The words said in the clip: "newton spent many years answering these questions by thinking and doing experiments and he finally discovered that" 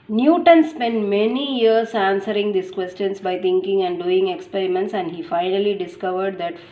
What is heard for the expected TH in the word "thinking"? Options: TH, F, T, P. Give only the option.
T